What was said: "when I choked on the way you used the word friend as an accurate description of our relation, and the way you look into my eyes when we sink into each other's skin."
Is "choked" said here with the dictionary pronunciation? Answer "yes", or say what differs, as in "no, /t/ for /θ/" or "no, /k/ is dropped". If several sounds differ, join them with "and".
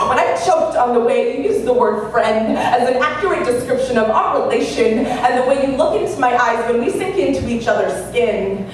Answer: yes